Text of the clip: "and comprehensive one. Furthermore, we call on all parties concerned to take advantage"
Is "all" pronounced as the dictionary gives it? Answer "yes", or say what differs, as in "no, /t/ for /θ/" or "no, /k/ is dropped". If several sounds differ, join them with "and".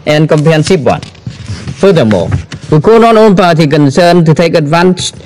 no, /n/ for /l/